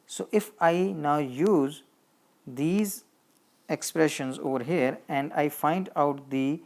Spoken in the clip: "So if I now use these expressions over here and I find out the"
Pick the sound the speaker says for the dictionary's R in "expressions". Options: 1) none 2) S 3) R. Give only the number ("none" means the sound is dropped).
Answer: 3